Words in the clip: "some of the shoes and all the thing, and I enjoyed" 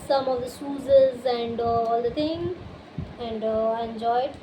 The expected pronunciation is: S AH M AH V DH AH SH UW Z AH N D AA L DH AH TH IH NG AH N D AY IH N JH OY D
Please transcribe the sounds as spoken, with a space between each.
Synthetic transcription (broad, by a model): S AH M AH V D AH S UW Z AH N D AA L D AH T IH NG AH N D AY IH N JH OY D